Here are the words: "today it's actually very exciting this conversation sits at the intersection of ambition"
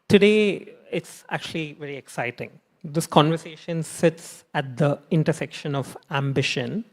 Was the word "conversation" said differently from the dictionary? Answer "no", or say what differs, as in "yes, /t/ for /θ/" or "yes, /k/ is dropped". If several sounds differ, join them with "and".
no